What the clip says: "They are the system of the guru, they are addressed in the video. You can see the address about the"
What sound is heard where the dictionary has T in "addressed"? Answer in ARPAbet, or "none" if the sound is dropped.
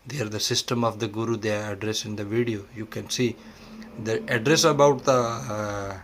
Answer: none